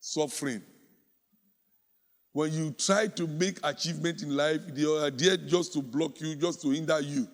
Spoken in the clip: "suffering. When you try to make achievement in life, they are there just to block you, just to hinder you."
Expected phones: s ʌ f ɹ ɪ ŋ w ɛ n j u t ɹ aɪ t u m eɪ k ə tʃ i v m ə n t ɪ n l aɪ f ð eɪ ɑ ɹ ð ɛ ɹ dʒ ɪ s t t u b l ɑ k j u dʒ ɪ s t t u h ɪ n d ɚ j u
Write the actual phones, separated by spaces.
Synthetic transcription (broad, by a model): s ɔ f ɹ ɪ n w ɛ n j u t ɹ aɪ t u m eɪ k ə tʃ i v m ə n t ɪ n l aɪ f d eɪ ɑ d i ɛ dʒ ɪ s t t u b l ɑ k j u dʒ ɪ s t t u h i n d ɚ j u